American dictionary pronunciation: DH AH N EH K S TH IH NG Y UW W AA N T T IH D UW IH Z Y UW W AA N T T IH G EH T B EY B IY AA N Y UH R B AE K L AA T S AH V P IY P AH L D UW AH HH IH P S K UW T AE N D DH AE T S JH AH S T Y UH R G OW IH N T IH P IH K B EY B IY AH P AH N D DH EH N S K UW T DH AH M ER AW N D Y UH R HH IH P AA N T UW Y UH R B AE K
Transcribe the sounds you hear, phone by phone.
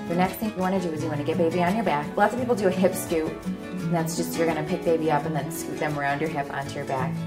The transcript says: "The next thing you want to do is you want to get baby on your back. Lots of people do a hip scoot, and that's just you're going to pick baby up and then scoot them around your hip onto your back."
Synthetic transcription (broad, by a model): DH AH N EH K S TH IH NG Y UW W AA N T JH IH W IH Z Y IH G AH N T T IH G EH T B EY B IY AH N Y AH R B AE K L AA T S AH V P IY P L D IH AH HH IH P S K UW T N DH AE T S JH AH S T Y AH R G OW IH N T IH P IH K B EY B IY AH P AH N DH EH N S K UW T DH AH M ER AW N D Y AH R HH IH P AA N T UW Y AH R B AE K